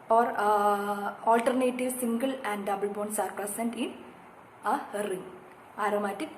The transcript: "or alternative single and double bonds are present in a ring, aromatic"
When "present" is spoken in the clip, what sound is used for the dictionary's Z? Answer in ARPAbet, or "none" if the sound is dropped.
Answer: S